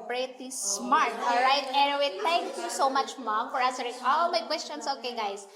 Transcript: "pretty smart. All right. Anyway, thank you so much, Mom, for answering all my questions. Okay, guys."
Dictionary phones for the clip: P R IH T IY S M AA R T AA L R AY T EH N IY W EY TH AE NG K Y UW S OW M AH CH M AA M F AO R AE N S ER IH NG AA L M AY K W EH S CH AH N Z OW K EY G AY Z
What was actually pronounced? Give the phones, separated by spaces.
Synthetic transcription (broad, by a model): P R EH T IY S M AA R T AA L R AY T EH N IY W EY T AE NG K Y UW S OW M AH CH M AA M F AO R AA S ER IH AA L M AY K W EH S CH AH N S OW K EY G AY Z